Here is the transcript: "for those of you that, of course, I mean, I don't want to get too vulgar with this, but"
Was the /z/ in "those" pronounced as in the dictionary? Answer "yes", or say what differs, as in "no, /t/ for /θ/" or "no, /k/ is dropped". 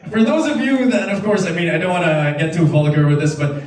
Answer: yes